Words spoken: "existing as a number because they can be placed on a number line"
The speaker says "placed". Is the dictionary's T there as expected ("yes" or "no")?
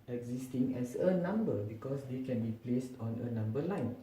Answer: yes